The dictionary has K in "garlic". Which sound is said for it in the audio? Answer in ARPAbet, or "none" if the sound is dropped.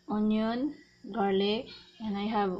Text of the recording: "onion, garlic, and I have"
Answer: none